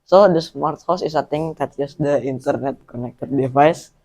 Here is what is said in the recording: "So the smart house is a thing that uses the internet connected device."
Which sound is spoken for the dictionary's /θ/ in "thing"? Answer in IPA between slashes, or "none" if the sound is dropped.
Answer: /t/